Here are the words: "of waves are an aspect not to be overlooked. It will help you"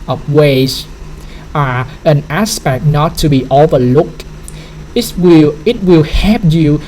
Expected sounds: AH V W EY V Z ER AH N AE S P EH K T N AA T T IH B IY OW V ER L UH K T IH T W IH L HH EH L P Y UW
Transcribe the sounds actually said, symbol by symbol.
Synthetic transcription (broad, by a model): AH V W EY Z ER AH N AE S P EH K T N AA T T IH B IY OW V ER L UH K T IH T W IH L HH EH P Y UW